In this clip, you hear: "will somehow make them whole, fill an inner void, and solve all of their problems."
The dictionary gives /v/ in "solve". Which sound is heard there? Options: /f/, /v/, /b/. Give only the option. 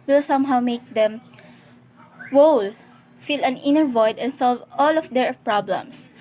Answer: /v/